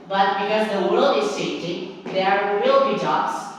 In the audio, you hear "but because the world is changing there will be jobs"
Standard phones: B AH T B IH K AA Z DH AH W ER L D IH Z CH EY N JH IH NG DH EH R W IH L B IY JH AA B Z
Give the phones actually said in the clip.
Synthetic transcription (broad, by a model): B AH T B IH K AA Z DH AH W ER L D IH Z S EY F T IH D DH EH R W IH L B IY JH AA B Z